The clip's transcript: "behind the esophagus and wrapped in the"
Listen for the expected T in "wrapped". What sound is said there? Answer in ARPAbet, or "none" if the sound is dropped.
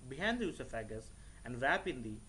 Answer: none